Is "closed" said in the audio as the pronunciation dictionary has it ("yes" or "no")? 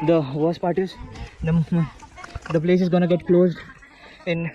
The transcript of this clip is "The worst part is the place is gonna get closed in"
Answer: yes